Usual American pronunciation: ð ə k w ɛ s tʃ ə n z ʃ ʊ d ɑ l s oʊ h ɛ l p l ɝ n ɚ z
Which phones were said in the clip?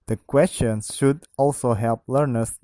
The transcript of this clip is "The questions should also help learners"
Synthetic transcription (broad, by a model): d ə k w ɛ s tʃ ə n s ʃ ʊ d ɑ l s oʊ h ɛ l p l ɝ n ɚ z